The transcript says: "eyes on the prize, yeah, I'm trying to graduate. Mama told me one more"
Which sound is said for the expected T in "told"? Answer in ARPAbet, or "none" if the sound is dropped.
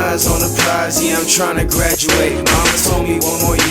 S